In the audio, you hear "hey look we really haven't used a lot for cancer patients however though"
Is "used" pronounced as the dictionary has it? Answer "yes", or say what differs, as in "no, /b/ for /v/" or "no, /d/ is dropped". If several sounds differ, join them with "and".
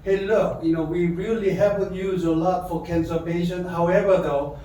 no, /d/ is dropped